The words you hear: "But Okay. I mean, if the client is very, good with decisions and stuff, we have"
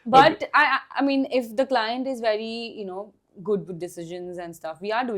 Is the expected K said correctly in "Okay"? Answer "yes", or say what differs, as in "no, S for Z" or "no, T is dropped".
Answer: no, K is dropped